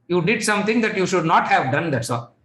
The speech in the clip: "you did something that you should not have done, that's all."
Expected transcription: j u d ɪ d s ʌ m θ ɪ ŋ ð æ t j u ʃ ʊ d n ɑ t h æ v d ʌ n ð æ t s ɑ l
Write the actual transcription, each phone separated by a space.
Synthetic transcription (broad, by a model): j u d ɪ d s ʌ m t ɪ ŋ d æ t j u ʃ ʊ d n ɑ t h æ v d ʌ n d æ t s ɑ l